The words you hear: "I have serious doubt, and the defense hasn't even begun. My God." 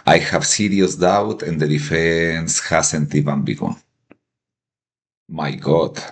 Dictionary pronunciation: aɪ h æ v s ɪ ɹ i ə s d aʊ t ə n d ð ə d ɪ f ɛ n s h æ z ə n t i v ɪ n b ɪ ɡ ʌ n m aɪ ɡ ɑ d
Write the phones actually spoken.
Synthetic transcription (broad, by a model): aɪ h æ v s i ɹ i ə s d aʊ t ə n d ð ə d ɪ f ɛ n s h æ s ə n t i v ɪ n b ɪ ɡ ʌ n m aɪ ɡ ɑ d